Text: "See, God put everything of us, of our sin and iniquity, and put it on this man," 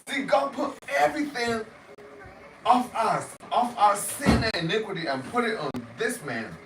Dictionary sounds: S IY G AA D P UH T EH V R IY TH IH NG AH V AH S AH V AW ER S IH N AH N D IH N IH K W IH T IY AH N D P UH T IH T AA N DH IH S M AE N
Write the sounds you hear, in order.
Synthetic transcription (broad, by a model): S IY G AA D P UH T EH V R IY TH IH NG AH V AH S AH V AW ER S IH N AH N IH N IH K W IH T IY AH N P UH T IH T N DH IH S M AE N